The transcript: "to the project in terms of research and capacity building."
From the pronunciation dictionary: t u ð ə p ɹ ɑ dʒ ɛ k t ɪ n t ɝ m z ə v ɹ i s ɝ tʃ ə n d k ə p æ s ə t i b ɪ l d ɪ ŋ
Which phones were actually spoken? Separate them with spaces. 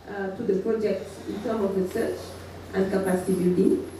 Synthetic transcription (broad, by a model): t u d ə p ɹ ɑ dʒ ɛ k t ɪ n t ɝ m ə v ɹ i s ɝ tʃ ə n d k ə p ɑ s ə t i b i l d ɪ ŋ